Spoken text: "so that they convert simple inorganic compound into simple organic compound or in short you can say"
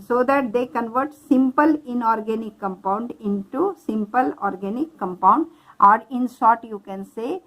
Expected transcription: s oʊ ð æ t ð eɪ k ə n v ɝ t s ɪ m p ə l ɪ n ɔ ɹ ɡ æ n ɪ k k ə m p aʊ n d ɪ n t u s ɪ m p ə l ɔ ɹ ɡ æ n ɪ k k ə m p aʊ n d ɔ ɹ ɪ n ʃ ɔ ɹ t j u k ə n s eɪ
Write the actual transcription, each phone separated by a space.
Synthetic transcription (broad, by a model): s oʊ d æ t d eɪ k ə n v ɝ t s ɪ m p ə l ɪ n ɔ ɹ ɡ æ n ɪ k k ə m p aʊ n d ɪ n t u s ɪ m p ə l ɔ ɹ ɡ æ n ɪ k k ə m p aʊ n d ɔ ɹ ɪ n s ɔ t j u k ə n s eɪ